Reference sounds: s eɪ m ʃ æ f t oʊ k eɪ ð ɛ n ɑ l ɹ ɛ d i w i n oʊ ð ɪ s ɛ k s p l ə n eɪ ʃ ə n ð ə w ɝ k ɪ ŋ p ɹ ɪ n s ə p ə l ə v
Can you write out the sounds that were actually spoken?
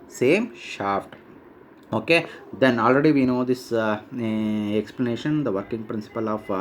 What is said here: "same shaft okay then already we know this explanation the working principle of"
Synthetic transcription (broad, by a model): s eɪ m ʃ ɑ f t oʊ k eɪ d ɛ n ɑ l ɹ ɛ d i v i n oʊ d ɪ s ɛ k s p l ə n eɪ ʃ ə n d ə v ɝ k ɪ ŋ p ɹ ɪ n s ə p ə l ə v